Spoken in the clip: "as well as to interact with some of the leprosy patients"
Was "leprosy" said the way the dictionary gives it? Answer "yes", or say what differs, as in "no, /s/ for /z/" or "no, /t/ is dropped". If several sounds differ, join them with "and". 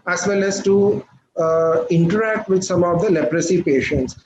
yes